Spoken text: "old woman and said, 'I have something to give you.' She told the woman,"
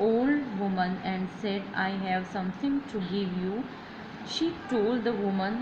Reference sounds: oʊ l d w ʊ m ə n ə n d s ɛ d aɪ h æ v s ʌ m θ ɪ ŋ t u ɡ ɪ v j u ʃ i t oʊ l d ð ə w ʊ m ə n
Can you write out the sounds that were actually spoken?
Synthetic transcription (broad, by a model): oʊ l d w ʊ m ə n ə n d s ɛ d aɪ h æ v s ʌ m t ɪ ŋ t u ɡ ɪ v j u ʃ i t oʊ l d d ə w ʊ m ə n